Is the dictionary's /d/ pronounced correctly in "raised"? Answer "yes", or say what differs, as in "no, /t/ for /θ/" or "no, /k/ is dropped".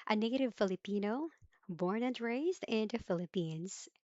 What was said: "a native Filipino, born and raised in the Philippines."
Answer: yes